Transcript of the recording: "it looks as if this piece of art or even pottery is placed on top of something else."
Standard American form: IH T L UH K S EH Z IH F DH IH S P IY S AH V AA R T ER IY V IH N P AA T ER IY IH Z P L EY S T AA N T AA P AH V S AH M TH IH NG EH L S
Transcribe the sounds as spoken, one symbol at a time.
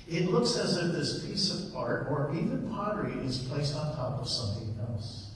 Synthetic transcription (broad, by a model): IH T L UH K S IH Z IH F DH IH S P IY S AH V AA R T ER IY V IH N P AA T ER IY IH Z P L EY S T N T AA P AH V S AH M TH IH NG EH L S